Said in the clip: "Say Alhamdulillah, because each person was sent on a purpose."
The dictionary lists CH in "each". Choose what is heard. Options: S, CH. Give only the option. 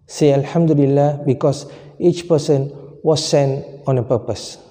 CH